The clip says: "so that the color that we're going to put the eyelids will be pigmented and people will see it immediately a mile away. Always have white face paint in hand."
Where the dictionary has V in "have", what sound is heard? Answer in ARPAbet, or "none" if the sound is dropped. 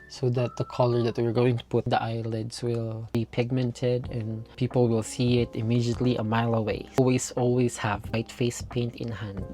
V